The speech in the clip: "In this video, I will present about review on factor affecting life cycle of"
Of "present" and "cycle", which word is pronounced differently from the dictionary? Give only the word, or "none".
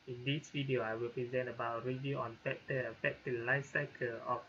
none